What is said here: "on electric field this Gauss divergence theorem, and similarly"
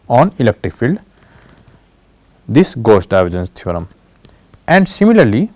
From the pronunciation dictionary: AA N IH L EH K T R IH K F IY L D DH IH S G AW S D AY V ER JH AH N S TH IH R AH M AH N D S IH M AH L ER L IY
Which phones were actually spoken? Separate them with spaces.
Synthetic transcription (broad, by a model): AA N IH L EH K T R IH K F IY L D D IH S G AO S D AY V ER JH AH N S T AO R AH M AH N D S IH M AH L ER L IY